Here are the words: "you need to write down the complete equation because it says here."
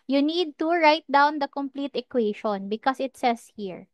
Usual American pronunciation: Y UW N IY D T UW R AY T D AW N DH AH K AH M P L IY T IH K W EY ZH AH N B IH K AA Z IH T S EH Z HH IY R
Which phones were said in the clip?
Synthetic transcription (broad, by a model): Y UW N IY D T UW R AY T D AW N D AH K AH M P L IY T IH K W EY SH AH N B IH K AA S IH T S EH S HH IY R